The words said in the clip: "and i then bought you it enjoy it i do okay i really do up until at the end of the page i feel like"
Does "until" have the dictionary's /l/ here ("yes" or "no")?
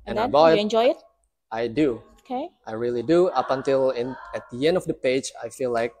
no